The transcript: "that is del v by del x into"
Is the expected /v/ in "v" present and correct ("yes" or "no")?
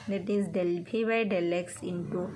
no